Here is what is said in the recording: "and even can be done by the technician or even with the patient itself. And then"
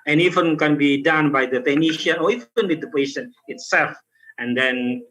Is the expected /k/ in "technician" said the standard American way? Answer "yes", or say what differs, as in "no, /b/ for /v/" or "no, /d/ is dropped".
no, /k/ is dropped